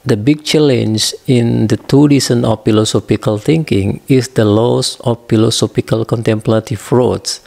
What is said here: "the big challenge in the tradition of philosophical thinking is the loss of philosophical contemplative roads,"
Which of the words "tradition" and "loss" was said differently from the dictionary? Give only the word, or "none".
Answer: tradition